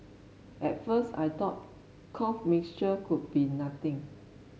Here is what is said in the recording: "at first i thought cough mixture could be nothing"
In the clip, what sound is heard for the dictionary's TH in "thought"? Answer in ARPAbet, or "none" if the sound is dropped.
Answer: T